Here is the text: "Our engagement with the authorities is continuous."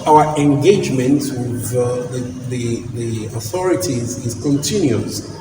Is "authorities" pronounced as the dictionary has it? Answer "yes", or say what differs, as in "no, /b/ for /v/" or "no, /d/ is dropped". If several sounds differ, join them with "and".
yes